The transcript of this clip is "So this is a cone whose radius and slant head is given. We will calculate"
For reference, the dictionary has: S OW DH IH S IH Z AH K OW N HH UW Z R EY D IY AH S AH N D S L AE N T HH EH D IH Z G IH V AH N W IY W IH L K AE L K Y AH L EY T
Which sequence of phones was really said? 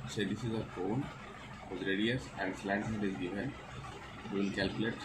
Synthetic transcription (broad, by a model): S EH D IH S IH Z AH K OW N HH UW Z R EY D IY AH S AH N D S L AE T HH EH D IH Z G IH V AH N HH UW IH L K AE L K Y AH L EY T